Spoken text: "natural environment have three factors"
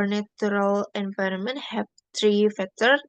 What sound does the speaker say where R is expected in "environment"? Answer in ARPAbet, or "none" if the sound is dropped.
R